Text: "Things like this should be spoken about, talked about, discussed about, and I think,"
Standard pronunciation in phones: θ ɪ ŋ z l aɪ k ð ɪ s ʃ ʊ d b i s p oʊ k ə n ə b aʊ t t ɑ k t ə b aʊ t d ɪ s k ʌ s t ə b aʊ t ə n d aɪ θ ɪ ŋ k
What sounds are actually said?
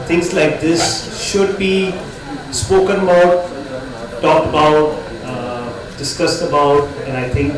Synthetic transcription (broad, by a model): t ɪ ŋ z l aɪ k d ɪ s ʃ ʊ d b i s p oʊ k ə n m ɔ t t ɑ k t ə b aʊ t d ɪ s k ʌ s t ə b aʊ t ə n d aɪ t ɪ ŋ k